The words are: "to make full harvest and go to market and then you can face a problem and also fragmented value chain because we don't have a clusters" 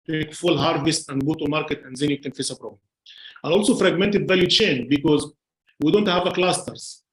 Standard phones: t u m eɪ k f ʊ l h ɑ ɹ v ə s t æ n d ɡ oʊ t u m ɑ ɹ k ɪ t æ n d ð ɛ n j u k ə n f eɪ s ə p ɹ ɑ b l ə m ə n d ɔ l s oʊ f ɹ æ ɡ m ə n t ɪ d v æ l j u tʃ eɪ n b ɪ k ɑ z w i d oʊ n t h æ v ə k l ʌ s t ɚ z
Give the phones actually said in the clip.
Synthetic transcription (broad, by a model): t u m eɪ k f ʊ l h ɑ ɹ v ə s t æ n d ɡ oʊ t u m ɑ ɹ k ɪ t æ n d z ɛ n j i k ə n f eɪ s ə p ɹ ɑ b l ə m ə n ɔ l s oʊ f ɹ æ ɡ m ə n t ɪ d v æ l j u tʃ eɪ n b ɪ k ɑ z w i d oʊ n t h æ v ə k l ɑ s t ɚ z